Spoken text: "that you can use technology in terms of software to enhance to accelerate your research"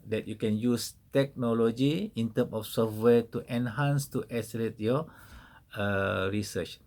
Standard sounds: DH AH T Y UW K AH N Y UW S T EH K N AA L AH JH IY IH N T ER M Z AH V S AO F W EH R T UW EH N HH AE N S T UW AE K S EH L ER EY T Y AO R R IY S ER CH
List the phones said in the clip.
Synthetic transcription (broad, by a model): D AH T Y UW K AH N Y UW S T EH K N AA L AH JH IY IH N T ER M AH F S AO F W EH T UW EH N HH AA N S T UW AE S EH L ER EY T Y AO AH R IY S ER CH